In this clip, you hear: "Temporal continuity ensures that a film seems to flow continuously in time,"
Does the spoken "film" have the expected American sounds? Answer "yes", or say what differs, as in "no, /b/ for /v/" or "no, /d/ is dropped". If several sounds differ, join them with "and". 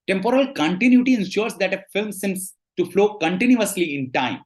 yes